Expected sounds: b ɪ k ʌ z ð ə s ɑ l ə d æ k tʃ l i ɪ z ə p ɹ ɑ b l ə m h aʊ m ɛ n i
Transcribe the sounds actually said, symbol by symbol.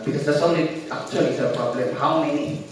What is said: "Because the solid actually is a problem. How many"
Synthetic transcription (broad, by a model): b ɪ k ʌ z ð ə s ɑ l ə æ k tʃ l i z ə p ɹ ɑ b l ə h aʊ m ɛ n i